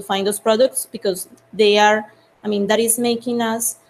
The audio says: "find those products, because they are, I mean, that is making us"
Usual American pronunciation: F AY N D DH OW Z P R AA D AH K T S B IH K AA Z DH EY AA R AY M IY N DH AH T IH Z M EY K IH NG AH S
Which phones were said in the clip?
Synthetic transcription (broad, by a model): F AY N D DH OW S P R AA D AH K T S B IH K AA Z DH EY AA R AY M IY N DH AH T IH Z M EY K IH NG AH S